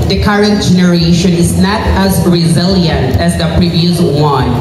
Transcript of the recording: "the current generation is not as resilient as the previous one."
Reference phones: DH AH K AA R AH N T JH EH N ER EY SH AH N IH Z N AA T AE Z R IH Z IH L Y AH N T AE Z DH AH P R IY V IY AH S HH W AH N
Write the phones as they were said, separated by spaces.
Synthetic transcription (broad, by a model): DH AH K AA R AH N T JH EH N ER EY SH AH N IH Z N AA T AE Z R IH Z IH L Y AH N T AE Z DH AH P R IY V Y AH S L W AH N